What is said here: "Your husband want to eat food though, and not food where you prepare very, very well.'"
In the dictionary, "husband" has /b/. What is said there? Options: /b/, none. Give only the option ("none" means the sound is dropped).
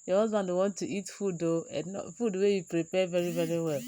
none